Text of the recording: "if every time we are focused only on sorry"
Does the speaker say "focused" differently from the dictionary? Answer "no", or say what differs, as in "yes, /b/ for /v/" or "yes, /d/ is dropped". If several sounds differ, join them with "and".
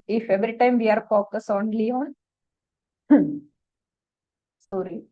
yes, /t/ is dropped